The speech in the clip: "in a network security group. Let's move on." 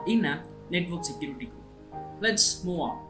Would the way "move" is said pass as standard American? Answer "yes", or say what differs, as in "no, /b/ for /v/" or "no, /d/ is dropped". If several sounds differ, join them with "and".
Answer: no, /v/ is dropped